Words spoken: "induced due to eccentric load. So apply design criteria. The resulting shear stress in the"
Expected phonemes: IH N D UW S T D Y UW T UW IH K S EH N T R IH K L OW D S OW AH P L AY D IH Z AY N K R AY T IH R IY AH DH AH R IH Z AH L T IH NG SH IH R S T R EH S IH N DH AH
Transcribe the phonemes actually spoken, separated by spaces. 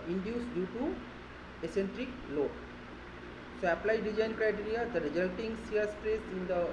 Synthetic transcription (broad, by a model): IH N D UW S D Y UW T UW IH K S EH N T R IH K L OW S OW AH P L AY D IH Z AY N K R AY T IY R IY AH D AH R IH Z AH L T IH NG S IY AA S T R EH S IH N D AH